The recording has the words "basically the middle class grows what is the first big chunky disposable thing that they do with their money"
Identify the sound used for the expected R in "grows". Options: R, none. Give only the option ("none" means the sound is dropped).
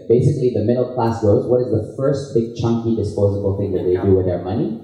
none